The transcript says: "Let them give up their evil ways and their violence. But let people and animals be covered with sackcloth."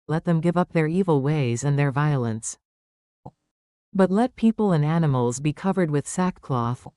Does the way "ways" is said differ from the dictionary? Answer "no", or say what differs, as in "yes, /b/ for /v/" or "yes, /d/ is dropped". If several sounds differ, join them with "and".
no